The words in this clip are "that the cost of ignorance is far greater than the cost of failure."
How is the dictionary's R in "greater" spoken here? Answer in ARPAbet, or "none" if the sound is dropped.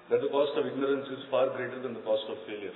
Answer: R